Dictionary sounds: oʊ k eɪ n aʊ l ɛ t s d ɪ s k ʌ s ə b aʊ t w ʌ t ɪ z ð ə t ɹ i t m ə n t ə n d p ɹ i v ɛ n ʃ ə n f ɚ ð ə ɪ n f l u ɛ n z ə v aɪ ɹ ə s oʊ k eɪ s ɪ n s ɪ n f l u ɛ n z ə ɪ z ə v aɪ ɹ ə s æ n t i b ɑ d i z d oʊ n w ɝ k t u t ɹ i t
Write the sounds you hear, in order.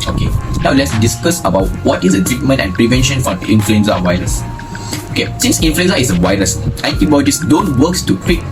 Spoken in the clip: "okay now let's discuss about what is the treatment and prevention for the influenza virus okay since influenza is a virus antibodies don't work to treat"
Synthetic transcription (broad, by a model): oʊ k eɪ n aʊ l ɛ t s d ɪ s k ʌ s ə b aʊ t w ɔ t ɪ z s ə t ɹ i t m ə n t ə n p ɹ i v ɛ n ʃ ə n f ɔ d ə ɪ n f l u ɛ n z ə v aɪ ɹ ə s oʊ k eɪ s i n s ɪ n f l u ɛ n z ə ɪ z ə w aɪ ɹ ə s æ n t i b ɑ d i s d oʊ n w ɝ k t u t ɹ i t